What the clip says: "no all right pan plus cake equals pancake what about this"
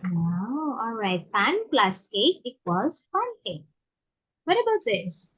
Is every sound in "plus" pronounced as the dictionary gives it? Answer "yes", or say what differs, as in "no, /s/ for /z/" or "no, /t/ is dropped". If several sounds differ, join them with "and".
yes